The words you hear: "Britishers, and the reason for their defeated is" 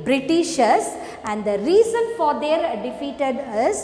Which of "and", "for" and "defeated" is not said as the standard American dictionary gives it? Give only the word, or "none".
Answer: none